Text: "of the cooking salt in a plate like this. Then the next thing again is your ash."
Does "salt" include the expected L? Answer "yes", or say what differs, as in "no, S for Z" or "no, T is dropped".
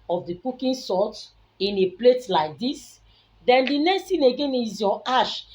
no, L is dropped